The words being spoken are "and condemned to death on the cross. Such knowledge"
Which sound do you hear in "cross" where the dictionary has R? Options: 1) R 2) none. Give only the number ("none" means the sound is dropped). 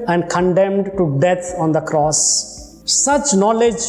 1